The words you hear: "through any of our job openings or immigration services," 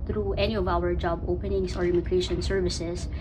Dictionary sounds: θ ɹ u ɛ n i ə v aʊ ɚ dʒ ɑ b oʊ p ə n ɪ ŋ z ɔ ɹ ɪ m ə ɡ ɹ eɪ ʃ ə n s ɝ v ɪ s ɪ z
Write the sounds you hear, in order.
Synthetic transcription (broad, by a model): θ ɹ u ɛ n i ə v aʊ ɚ dʒ ɑ b oʊ p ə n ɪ ŋ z ɔ ɹ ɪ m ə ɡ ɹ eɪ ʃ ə n s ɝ v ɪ s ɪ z